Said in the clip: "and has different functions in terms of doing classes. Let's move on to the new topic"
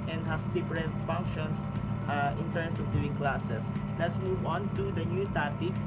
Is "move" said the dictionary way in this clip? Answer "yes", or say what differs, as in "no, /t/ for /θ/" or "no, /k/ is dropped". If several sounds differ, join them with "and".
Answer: no, /w/ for /v/